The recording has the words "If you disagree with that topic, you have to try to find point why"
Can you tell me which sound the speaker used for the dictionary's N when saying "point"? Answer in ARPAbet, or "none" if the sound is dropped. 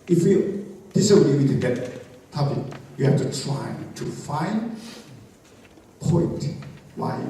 N